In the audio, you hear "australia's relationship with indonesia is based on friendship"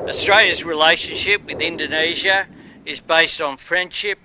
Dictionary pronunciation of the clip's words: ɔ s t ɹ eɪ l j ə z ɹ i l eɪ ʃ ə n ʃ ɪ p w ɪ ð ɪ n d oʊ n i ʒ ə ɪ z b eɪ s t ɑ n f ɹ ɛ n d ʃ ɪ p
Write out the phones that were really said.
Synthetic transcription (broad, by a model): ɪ s t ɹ eɪ l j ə z ɹ i l eɪ ʃ ə n ʃ ɪ p w ɪ ð ɪ n d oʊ n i ʒ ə ɪ z b eɪ s t n f ɹ ɛ n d ʃ ɪ p